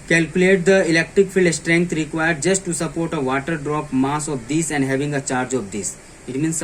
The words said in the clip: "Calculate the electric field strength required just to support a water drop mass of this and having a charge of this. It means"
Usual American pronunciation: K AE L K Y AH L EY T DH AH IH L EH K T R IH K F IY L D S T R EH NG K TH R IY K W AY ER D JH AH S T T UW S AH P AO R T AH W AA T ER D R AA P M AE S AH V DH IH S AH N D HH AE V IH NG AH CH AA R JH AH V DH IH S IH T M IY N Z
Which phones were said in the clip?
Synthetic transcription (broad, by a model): K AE L K Y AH L EY T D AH IH L EH K T R IH K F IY L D S T R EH NG K T R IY K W AY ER D JH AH S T T UW S AH P AO R T AH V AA T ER D R AA P M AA S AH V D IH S AH N D HH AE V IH NG AH CH AA R JH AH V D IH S IH T M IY N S